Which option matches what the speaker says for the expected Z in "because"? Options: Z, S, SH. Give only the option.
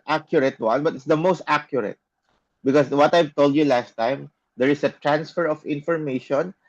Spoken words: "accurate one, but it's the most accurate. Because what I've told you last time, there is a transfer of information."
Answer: S